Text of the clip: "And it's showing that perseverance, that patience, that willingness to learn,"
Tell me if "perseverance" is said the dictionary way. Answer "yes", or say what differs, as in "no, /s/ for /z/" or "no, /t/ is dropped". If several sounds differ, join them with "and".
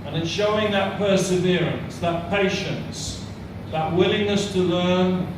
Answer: yes